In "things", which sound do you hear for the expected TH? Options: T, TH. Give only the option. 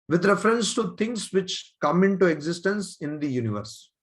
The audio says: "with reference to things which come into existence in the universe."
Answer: T